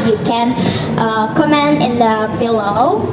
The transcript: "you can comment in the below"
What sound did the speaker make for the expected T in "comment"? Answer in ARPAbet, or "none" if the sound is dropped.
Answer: none